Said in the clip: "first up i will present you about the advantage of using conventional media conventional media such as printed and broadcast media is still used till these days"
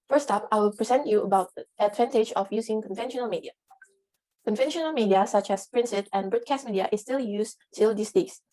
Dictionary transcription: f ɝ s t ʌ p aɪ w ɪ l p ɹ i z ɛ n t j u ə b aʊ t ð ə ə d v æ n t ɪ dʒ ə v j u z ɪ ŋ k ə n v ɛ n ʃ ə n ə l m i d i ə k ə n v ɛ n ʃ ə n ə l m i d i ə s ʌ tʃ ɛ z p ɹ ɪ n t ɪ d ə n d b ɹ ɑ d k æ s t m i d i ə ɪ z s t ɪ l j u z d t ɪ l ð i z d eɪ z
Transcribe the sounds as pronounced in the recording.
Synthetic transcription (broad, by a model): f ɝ s t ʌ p aɪ w ɪ l p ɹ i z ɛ n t j u ə b aʊ t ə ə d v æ n t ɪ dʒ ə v j u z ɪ ŋ k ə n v ɛ n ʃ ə n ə l m i d i ə k ə n v ɛ n ʃ ə n ə l m i d i ə s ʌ tʃ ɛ s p ɹ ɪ n s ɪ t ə n b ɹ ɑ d k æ s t m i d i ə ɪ s t ɪ l j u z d t ɪ l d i s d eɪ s